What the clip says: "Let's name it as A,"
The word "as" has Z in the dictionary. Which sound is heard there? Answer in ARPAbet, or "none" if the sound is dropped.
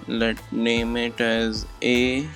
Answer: Z